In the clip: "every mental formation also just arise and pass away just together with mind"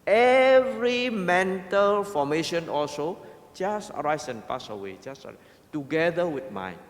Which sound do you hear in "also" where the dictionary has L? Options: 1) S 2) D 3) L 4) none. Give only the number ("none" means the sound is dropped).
3